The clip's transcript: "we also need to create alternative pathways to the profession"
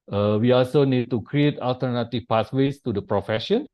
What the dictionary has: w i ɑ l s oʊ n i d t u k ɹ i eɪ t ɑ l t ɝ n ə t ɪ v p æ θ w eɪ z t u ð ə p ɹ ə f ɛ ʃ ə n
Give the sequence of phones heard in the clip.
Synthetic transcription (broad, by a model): w i ɑ l s oʊ n i d t u k ɹ i eɪ t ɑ l t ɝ n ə t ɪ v p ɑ s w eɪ s t u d ə p ɹ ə f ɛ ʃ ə n